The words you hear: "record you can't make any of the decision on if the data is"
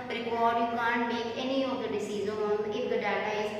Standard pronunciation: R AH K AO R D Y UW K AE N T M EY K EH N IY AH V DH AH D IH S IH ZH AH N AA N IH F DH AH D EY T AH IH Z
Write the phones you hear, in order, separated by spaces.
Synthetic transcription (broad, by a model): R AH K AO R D Y UW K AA N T M EY K EH N IY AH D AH D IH S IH Z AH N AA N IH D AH D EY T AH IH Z